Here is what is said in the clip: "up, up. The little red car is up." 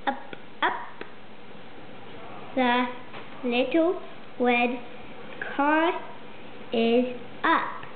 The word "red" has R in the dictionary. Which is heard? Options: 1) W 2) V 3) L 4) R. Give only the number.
1